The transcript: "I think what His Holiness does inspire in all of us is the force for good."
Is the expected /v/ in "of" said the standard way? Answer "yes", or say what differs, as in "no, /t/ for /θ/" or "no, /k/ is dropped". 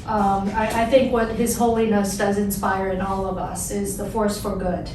yes